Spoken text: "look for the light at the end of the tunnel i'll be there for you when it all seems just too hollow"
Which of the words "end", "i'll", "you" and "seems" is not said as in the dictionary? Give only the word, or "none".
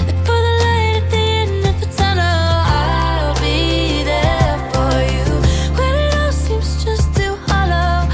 end